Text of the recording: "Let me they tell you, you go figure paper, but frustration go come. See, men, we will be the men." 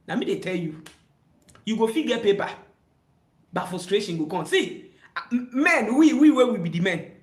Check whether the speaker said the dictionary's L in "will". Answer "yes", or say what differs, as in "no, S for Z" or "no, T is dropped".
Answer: no, W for L